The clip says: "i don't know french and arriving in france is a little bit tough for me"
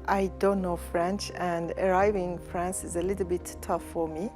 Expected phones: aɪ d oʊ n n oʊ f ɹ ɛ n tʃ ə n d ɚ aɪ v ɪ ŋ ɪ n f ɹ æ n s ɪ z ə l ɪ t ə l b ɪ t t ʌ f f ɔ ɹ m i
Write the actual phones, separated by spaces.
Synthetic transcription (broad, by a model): aɪ d oʊ n n oʊ f ɹ ɛ n tʃ ə n d ɚ aɪ v ɪ ŋ f ɹ æ n s ɪ z ə l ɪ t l b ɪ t t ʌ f f ɔ ɹ m i